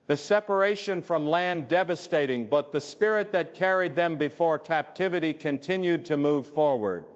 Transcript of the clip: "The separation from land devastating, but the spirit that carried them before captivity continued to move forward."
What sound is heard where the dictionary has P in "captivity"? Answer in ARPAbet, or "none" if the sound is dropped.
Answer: P